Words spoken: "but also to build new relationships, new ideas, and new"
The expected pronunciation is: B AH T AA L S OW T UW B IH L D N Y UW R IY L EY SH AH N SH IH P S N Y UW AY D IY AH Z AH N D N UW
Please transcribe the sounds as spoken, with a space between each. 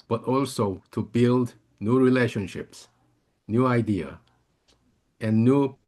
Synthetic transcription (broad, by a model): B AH T AA L S OW T UW B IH L D N Y UW R IY L EY SH AH N SH IH P S N Y UW AY D IY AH AH N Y UW